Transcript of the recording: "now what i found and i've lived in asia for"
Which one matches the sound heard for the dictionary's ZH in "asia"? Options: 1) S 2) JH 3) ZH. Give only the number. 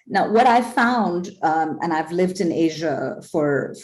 3